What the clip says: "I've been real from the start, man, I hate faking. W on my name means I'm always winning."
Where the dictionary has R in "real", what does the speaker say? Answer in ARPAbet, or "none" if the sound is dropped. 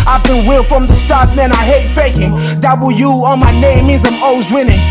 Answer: W